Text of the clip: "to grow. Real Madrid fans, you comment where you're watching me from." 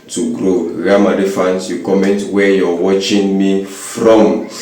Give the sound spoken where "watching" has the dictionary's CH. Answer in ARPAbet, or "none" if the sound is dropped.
CH